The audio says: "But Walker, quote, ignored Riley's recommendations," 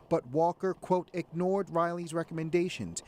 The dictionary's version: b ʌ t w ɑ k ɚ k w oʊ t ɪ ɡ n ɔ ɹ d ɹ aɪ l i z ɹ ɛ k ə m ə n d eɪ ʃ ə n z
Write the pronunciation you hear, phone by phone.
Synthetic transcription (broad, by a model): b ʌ t w ɑ k ɚ k w oʊ t ɪ ɡ n ɔ ɹ d ɹ aɪ l i z ɹ ɛ k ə m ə n d eɪ ʃ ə n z